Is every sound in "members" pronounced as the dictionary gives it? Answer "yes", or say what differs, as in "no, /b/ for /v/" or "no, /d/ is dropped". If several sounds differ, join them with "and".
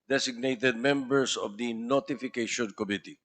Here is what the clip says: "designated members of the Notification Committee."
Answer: no, /s/ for /z/